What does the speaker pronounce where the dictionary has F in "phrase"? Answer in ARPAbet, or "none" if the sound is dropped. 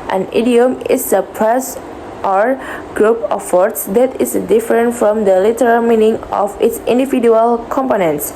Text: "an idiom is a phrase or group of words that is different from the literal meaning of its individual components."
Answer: P